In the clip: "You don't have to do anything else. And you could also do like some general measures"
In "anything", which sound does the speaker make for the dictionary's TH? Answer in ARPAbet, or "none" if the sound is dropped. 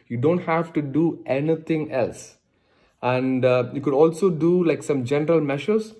T